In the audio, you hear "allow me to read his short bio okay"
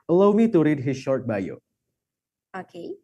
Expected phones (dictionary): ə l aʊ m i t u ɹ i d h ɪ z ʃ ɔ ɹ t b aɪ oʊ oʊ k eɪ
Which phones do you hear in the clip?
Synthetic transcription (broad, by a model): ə l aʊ m i t u ɹ i d h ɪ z ʃ ɔ ɹ t b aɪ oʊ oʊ k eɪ